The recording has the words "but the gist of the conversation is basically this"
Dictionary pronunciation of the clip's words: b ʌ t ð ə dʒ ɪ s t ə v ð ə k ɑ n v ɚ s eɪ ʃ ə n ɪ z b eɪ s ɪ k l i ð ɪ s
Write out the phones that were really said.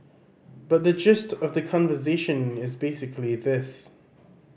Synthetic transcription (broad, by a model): b ʌ t ð ə dʒ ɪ s t ə v ð ə k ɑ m v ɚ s eɪ ʃ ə n ɪ z b eɪ s ɪ k l i ð ɪ s